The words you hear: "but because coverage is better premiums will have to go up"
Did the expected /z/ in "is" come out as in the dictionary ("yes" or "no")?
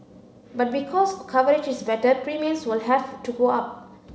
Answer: no